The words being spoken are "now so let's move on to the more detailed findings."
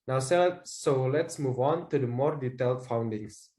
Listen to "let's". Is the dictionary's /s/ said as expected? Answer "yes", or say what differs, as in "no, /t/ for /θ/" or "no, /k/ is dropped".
yes